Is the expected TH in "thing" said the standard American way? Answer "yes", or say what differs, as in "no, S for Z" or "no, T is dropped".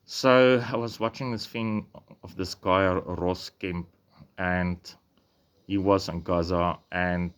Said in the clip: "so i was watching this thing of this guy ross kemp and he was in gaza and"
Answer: no, F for TH